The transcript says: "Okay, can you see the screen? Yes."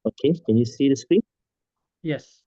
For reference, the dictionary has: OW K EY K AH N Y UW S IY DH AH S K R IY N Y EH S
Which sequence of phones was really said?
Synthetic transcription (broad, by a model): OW K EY K AH N Y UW S IY DH AH S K W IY Y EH S